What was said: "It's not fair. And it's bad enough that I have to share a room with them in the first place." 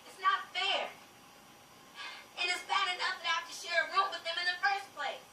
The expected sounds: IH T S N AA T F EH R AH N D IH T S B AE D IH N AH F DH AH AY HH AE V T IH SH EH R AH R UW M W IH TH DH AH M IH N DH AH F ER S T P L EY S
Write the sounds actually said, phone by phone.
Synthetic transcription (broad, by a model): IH T S N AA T F EH R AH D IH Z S B AE D IH N AH F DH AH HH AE F T IH SH EH R AH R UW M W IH DH AH M IH N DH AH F ER S P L EY S